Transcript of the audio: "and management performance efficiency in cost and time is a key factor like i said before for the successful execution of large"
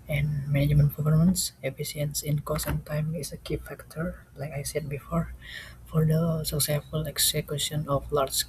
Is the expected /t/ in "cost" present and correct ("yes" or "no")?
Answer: no